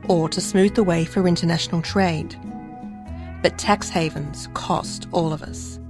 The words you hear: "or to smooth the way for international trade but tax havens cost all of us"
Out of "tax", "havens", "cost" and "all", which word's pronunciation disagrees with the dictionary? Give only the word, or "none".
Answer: none